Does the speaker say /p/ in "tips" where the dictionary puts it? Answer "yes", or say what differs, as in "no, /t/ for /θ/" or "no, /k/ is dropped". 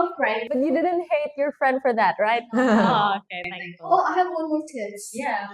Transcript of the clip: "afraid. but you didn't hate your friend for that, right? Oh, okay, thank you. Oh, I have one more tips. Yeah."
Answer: no, /p/ is dropped